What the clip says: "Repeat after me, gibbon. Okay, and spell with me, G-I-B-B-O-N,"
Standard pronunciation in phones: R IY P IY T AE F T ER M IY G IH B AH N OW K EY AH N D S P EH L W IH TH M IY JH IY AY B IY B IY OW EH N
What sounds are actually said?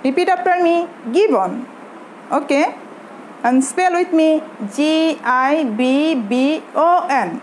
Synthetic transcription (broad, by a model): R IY P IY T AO P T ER M IY G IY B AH N OW K EY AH N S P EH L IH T M IY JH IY AY B IY B IY OW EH N